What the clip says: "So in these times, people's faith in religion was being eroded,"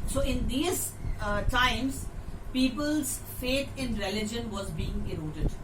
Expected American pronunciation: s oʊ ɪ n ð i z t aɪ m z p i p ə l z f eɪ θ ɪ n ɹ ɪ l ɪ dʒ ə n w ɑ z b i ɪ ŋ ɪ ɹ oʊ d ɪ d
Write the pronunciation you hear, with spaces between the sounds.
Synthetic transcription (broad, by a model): s oʊ ɪ n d i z t aɪ m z p i p ə l z f eɪ t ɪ n ɹ ɪ l ɪ dʒ ə n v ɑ z b i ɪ ŋ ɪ ɹ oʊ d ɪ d